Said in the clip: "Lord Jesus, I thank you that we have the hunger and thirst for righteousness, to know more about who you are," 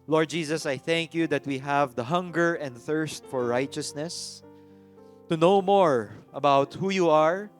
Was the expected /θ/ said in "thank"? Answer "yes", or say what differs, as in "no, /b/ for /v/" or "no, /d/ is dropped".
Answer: yes